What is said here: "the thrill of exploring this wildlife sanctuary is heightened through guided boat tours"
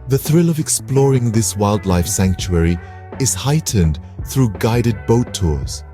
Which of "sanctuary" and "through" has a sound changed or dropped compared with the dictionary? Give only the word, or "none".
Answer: none